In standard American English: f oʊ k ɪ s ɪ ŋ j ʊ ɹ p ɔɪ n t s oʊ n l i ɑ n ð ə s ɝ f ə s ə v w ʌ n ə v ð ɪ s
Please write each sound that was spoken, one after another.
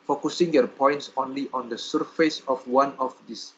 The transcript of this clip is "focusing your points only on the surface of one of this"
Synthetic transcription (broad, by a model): f oʊ k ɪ s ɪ ŋ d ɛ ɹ p ɔɪ n t s oʊ n l i ɑ n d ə s ɝ f ə s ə f w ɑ n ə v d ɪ s